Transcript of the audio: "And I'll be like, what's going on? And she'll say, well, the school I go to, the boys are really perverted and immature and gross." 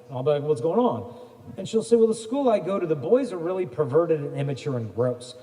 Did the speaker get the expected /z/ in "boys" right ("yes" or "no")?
yes